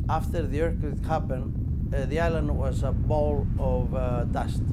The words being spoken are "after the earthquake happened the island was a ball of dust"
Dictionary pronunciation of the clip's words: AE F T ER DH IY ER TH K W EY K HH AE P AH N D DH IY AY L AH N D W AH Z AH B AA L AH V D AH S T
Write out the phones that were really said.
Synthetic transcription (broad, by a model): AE F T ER DH IY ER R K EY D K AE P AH N DH IY AY L AH N D W AH Z AH B AA L AH V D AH S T